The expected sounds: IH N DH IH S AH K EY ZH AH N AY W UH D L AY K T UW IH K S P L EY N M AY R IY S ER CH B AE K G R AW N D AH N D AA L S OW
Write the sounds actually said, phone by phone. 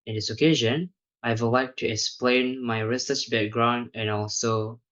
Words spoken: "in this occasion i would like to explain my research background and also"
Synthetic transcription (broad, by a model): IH N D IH S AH K EY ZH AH N AY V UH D L AY K T UW IH K S P L EY N M AY R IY S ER S B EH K G R AW N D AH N AA L S OW